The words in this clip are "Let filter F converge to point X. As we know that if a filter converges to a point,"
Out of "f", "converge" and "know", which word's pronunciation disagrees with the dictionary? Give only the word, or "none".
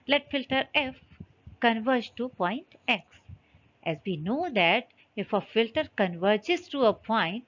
none